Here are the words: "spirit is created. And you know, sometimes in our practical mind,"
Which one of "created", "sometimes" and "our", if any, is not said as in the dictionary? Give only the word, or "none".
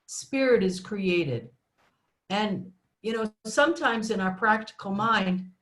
none